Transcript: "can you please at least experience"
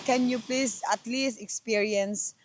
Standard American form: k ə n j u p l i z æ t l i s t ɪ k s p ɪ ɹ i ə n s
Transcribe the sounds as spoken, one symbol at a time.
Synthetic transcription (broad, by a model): k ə n j u p l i s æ t l i s t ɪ k s p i ɹ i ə n s